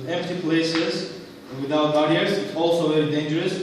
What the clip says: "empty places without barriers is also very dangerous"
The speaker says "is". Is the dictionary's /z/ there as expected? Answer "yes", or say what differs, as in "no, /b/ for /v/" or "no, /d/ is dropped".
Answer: no, /s/ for /z/